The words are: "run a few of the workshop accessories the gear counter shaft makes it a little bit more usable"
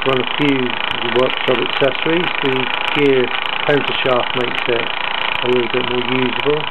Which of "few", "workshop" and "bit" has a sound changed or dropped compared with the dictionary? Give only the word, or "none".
workshop